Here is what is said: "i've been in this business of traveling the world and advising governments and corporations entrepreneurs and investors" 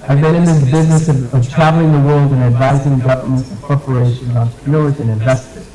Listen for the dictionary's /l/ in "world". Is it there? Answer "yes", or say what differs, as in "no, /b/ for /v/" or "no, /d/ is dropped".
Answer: yes